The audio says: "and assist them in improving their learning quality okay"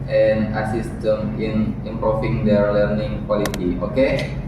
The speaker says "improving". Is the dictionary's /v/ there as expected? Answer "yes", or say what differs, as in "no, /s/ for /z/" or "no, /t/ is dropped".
no, /f/ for /v/